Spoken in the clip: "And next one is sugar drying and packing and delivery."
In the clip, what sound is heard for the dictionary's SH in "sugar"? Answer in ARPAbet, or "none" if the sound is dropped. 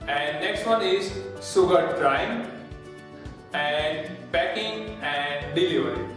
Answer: S